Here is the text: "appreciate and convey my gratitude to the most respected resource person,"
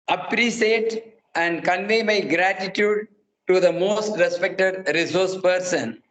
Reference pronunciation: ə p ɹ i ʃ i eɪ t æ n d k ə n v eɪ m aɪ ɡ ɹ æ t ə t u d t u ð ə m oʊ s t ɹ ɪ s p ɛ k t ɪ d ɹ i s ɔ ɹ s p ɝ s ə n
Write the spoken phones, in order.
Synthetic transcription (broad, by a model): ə p ɹ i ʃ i eɪ t æ n d k ə n v eɪ m aɪ ɡ ɹ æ t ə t u d t u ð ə m oʊ s t ɹ ɪ s p ɛ k t ɪ d ɹ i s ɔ ɹ s p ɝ s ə n